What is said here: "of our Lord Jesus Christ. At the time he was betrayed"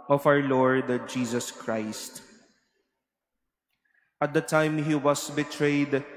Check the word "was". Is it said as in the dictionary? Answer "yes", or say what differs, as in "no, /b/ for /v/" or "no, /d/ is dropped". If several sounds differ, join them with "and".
no, /s/ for /z/